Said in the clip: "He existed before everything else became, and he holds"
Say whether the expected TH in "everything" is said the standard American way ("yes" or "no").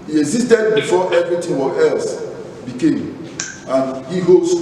no